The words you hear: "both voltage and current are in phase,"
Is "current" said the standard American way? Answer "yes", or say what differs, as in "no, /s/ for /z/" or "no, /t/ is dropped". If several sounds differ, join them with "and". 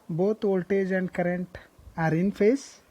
yes